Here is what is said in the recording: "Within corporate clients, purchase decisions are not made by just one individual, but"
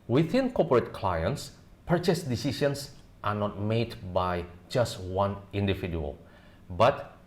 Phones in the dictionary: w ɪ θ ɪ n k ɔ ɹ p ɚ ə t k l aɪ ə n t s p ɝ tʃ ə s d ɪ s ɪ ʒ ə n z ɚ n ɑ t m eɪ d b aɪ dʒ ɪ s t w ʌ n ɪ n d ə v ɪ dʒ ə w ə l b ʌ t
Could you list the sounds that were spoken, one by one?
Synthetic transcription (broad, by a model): w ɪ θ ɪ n k ɔ p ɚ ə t k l aɪ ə n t s p ɝ tʃ ə s d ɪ s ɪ ʃ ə n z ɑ n ɑ t m eɪ d b aɪ dʒ ɪ s t w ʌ n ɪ n d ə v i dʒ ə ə l b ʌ t